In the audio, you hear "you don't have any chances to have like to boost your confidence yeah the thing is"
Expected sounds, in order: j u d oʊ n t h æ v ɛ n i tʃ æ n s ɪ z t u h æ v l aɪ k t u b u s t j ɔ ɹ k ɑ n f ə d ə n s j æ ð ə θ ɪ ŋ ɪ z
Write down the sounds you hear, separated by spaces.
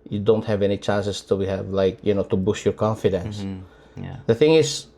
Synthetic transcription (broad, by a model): j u d oʊ n t h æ v ɛ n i tʃ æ n s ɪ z t u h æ v l aɪ k t u b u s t j ɔ ɹ k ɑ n f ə d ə n s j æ ð ə θ ɪ ŋ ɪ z